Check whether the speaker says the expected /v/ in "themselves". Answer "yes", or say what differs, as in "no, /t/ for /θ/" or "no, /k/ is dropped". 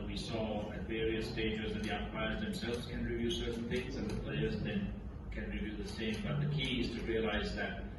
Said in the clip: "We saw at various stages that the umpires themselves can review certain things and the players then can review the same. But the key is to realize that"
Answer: yes